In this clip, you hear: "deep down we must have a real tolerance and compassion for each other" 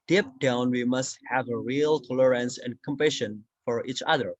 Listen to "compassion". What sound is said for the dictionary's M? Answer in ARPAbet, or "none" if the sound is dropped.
M